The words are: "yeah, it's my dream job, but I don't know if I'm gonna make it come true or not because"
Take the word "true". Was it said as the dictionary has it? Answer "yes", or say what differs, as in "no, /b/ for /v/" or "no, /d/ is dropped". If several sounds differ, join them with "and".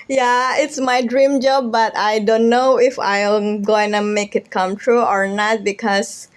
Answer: yes